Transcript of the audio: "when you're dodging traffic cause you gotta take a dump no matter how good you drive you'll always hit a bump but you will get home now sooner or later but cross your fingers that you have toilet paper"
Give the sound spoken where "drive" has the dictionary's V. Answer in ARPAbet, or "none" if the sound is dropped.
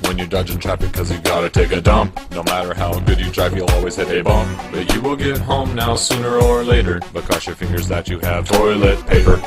P